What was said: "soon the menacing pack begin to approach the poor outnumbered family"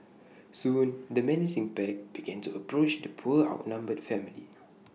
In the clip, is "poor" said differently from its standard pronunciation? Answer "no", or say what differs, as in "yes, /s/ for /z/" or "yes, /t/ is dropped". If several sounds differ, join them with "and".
yes, /l/ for /ɹ/